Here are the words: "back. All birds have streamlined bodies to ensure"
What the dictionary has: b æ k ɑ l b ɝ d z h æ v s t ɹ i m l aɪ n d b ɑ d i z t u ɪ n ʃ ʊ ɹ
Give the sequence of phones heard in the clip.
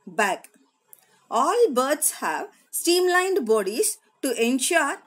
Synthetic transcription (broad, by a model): b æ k ɑ l b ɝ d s h æ v s t i m l aɪ n d b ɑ d i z t u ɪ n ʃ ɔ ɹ